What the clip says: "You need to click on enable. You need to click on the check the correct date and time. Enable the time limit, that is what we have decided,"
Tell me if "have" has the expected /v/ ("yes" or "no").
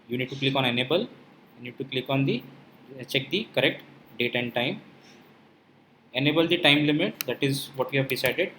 yes